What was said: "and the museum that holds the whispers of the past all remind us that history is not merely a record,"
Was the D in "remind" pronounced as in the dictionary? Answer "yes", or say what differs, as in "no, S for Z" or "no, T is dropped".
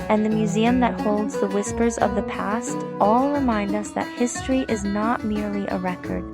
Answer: yes